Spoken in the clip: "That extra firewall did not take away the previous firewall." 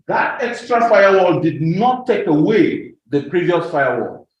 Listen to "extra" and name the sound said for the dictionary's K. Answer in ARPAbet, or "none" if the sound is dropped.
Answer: K